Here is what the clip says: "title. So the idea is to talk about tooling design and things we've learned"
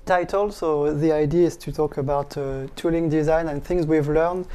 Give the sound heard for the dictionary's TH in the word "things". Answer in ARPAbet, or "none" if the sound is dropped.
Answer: TH